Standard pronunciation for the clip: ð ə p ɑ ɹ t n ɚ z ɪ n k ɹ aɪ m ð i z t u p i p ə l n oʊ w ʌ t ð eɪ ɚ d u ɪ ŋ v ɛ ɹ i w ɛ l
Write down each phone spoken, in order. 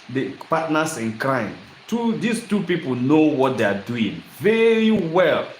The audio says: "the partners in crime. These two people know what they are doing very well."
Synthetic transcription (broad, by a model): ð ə p ɑ t n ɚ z ɪ n k ɹ aɪ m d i s t u p i p ə l n oʊ w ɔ t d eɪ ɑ d u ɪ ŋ v ɛ ɹ i w ɛ l